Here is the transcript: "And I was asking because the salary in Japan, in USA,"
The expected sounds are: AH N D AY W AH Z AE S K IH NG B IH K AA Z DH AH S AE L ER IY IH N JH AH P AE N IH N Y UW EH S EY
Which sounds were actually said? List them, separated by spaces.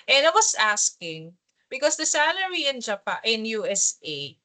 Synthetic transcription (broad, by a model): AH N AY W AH S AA S K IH NG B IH K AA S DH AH S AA L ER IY IH N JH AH P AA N IH N Y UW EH S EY